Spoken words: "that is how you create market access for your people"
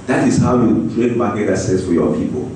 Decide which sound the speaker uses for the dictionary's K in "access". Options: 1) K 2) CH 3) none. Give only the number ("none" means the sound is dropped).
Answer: 3